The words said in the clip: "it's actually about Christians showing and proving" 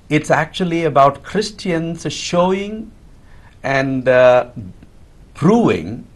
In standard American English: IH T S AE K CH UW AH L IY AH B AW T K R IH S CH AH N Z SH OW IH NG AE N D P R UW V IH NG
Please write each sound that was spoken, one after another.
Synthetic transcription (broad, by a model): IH T S AE K CH UW AH L IY AH B AW T K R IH S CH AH N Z SH OW IH NG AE N D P R UW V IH NG